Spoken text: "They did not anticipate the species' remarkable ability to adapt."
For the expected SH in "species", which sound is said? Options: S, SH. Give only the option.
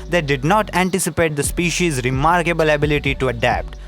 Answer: SH